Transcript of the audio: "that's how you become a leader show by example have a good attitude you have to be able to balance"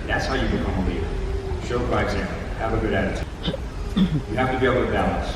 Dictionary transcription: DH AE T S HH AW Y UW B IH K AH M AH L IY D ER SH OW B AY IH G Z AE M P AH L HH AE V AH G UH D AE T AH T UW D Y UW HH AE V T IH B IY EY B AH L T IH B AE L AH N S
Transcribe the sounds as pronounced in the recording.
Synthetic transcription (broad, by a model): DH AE T S HH AW Y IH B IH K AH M AH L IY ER SH OW B AY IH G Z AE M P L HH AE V AH G UH D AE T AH T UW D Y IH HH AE F T IH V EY AH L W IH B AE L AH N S